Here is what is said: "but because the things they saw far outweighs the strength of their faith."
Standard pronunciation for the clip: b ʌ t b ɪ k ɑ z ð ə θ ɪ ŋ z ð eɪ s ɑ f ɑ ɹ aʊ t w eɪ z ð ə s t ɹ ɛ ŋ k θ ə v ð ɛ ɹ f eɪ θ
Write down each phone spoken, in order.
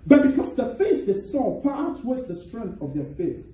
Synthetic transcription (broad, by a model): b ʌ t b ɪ k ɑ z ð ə f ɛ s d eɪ s ɑ p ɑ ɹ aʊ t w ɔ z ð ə s t ɹ ɛ ŋ k θ ə v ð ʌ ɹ f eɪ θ